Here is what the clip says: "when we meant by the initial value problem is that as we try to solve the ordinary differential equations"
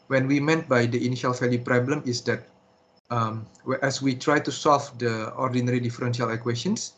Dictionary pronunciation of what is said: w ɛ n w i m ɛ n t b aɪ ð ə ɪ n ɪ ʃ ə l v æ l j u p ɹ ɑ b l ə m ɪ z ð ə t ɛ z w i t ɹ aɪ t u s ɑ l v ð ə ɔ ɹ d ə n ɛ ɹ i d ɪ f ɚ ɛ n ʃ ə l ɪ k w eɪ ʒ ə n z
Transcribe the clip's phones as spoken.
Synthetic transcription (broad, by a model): w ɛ n w i m ɛ n t b aɪ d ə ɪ n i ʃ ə l f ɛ l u p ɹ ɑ b l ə m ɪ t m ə t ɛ s w i t ɹ aɪ t u s ɑ l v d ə ɔ ɹ d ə n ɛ ɹ i d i f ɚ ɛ n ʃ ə l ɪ k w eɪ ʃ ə n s